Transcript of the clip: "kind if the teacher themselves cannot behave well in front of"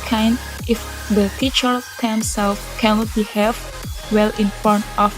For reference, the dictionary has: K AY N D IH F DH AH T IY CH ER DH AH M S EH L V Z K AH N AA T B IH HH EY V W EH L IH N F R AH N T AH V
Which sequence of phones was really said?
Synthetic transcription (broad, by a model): K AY N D IH F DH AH T IY CH ER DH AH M S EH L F K AH N AA T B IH HH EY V W EH L IH N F AO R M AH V